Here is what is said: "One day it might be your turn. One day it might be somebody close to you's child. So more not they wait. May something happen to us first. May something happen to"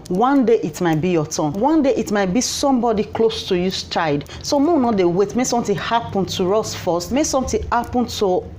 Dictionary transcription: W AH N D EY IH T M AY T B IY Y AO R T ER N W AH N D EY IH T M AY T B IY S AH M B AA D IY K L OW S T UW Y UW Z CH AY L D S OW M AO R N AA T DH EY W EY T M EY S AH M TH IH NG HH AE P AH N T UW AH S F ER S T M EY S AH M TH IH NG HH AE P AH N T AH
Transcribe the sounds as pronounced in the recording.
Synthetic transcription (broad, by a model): W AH N D EY IH T M AY T B IY Y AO T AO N W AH N D EY IH T M AY T B IY S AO M B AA D IY K L OW S T UW Y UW S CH AY D S OW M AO N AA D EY W EY T M EY S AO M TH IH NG HH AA P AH N T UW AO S F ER S T M EY S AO M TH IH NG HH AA P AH N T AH